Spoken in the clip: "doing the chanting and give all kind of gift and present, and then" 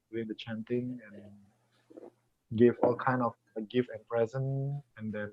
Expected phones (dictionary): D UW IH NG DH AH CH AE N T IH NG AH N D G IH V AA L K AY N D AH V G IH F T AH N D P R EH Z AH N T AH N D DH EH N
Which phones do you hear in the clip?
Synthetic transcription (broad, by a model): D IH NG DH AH CH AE N T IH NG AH N G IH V AA L K AY N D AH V G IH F T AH N P R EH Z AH N AH N D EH N